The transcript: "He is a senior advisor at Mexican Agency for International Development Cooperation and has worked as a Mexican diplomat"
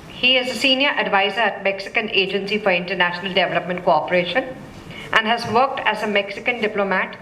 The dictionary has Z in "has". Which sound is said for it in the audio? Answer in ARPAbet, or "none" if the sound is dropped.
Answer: Z